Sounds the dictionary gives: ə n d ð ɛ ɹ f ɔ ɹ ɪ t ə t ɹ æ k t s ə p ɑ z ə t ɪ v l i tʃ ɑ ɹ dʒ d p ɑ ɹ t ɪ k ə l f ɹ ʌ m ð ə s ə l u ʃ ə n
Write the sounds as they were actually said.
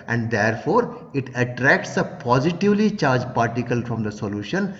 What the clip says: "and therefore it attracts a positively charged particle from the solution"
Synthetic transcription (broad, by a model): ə n d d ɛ ɹ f ɔ ɹ ɪ t ə t ɹ æ k t s ə p ɑ z ə t ɪ v l i tʃ ɑ ɹ dʒ p ɑ ɹ t ɪ k ə l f ɹ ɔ m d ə s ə l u ʃ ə n